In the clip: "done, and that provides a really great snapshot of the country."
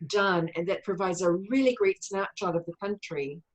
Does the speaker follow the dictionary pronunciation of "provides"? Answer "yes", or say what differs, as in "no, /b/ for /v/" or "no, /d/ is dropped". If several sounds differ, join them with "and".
yes